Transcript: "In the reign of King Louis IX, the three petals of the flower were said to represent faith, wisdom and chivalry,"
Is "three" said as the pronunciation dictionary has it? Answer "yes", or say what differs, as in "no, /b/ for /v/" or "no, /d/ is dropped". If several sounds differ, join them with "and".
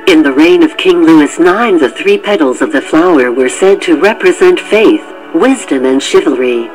yes